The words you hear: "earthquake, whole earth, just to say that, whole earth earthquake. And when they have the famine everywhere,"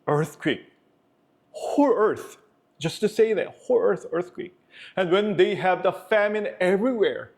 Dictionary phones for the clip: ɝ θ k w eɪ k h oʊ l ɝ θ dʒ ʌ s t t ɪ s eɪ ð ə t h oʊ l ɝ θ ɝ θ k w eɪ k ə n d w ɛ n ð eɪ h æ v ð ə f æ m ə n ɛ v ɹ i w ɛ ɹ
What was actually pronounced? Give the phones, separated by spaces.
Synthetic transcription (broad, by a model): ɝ θ k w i k h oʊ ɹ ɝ θ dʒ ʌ s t t ɪ s eɪ ð ə t h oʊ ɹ ɝ θ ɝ θ k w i k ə n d w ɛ n ð eɪ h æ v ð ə f æ m ə n ɛ v ɹ i w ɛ ɹ